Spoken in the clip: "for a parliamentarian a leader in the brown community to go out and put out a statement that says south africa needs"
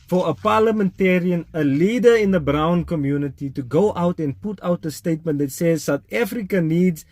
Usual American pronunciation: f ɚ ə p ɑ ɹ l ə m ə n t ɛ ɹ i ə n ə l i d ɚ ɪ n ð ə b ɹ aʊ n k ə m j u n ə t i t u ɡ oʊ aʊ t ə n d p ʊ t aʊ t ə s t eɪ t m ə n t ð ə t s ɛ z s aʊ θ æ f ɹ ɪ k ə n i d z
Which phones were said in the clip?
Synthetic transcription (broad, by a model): f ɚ ə p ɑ l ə m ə n t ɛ ɹ i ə n ə l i d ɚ ɪ n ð ə b ɹ aʊ n k ə m j u n ə t i t u ɡ oʊ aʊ t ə n p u t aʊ t ə s t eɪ t m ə n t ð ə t s ɛ z s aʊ t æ f ɹ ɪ k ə n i d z